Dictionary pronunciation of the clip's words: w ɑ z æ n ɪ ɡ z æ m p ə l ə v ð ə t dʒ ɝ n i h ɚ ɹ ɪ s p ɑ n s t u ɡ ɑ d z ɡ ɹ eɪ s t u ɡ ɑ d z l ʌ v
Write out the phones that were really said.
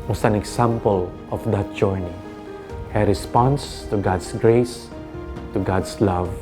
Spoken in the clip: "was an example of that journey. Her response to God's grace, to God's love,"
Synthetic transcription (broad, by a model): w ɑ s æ n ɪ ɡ s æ m p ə l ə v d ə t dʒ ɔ n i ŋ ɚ ɹ ɪ s p ɑ n s t u ɡ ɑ d s ɡ ɹ eɪ s t u ɡ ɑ d s l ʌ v